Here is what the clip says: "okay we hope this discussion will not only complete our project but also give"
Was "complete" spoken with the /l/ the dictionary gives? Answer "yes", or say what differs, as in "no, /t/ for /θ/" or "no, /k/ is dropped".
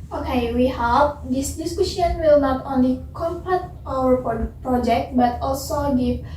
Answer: no, /l/ is dropped